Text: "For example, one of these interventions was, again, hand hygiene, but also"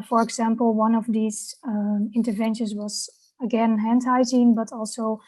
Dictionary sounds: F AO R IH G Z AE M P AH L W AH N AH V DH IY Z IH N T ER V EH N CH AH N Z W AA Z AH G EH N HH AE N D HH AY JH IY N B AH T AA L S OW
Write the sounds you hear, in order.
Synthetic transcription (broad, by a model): F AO R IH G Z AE M P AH L W AH N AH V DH IY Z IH N T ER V EH N SH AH N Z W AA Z AH G EH N HH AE N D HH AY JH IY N B AH T AA L S OW